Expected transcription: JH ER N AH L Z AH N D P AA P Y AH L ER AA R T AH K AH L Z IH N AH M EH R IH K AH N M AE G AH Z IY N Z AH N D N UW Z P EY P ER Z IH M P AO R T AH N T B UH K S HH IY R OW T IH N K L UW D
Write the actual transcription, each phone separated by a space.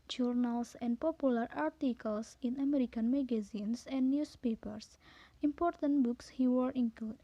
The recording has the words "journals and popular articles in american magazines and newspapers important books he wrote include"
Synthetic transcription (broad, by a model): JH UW N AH L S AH N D P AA P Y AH L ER AA R T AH K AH L S IH N AH M EH R IH K AH N M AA G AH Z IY N S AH N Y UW S P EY P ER S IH M P AO R T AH N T B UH K S HH IY W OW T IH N K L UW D